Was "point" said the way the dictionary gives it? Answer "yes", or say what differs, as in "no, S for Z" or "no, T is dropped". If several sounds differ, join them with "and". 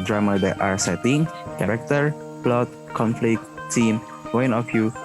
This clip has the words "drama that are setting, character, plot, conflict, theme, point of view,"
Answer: no, T is dropped